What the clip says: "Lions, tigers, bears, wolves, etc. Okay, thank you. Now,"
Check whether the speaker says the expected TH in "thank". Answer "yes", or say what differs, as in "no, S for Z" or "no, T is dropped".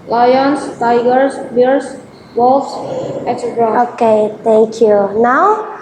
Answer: no, T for TH